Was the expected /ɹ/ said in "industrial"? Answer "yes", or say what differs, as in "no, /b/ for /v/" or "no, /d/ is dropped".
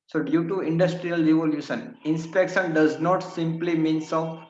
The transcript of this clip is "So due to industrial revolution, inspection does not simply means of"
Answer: yes